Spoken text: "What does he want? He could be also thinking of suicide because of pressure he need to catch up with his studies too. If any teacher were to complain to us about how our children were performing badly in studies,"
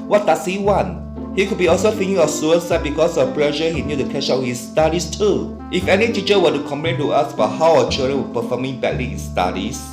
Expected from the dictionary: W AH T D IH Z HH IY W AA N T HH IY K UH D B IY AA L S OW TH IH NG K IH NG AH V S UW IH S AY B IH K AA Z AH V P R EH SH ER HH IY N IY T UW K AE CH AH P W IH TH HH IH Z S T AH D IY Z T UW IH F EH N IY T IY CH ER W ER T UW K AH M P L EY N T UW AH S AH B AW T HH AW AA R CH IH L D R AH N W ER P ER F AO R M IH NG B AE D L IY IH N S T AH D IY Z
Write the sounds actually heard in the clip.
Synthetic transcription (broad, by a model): W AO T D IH S HH IY W AA N T HH IY K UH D B IY AA L S OW F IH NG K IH NG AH F S UW IH S AY B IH K AA S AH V P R EH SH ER HH IY N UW T UW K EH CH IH HH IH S T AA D IY S T UW IH F EH N IY T IY CH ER W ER T UW K AH M P L EY N T UW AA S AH B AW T HH AW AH CH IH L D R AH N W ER P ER F AO M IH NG B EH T L IY IH N S T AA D IY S